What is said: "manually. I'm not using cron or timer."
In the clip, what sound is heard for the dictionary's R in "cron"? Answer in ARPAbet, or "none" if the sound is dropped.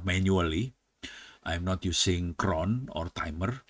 R